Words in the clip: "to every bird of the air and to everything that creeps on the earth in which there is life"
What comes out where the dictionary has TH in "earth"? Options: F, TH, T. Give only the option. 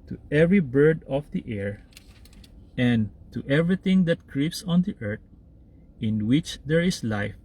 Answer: T